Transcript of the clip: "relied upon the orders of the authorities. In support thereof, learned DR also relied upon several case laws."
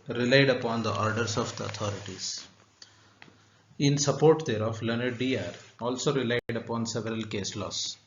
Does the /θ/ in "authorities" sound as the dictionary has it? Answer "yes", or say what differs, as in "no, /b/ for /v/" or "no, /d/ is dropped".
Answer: no, /t/ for /θ/